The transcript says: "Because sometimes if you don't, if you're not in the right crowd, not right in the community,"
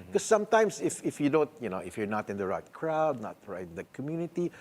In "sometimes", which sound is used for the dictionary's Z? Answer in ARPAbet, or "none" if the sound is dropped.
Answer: S